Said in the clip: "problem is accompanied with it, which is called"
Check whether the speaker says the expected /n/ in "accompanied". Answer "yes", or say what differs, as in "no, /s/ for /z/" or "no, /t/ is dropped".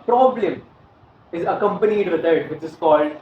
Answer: yes